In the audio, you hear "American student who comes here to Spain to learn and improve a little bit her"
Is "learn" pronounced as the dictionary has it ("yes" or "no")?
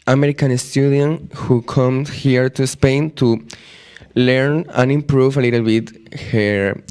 yes